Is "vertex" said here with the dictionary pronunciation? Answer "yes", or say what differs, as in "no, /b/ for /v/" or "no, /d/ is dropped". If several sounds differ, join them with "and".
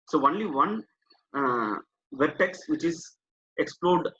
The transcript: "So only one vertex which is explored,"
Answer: yes